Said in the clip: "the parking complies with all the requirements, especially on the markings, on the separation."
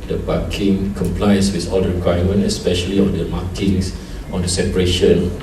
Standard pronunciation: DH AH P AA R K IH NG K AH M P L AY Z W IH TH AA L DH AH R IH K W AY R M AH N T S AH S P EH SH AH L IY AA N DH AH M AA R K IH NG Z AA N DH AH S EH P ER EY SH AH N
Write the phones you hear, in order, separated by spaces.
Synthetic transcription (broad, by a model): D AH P AA K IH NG K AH M P L AY S W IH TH AA L R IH K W AY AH M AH N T AH S P EH SH AH L IY AA N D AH M AA K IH NG S AA N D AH S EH P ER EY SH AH N